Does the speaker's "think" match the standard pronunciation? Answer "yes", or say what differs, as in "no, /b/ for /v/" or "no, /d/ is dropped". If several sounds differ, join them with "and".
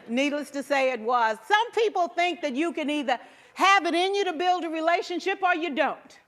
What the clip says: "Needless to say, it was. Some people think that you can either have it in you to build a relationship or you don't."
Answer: yes